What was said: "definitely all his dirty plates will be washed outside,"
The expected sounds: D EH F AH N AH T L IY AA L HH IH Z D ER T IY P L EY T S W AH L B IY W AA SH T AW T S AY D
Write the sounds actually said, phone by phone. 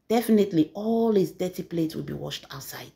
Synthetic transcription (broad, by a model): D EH F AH N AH T L IY AA L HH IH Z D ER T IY P L EY T S W AH L B IY W AA SH T AW T S AY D